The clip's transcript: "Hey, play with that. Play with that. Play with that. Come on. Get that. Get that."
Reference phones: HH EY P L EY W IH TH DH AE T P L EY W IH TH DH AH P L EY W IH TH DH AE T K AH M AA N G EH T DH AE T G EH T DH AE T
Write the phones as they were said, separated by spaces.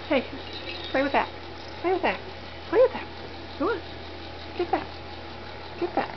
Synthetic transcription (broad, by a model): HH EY P L EY W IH DH AE T P L EY W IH DH AH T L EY W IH DH AE T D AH AA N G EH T DH AE T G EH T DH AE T